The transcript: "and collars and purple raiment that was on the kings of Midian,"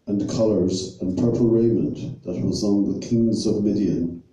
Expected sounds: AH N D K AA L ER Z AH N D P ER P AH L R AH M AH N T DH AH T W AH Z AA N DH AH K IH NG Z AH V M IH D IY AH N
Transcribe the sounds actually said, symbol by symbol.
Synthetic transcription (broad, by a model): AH N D K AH L ER Z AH N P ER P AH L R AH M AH N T DH AH T W AH Z N DH AH K IH NG Z AH V M IH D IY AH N